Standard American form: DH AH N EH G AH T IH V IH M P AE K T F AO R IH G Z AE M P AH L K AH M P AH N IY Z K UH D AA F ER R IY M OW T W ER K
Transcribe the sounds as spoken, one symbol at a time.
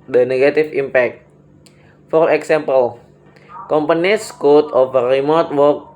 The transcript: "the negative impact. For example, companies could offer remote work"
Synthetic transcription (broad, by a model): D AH N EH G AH T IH F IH M P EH K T F AO R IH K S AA M P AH L K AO M P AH N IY S K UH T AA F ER R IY M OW T W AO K